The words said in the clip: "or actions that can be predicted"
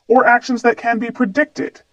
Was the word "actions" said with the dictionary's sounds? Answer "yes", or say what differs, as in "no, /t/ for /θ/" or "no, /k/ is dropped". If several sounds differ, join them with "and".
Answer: yes